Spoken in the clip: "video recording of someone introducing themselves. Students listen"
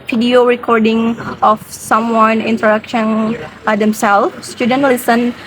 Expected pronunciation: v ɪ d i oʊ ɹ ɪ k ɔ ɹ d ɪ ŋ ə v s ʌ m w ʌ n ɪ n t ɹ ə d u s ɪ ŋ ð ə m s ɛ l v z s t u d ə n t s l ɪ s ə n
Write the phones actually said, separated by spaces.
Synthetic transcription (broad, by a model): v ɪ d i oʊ ɹ ɪ k ɔ ɹ d ɪ ŋ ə f s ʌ m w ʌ n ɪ n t ɹ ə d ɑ ʃ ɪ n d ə m s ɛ l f s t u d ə n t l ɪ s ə n